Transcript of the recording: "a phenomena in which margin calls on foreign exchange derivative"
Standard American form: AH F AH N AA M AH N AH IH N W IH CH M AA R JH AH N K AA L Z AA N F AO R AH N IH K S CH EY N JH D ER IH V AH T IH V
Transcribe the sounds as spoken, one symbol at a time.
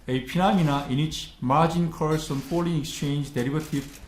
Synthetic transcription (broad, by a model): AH P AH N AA M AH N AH IH N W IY CH M AA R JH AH N K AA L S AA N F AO L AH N IH K S CH EY N JH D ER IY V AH T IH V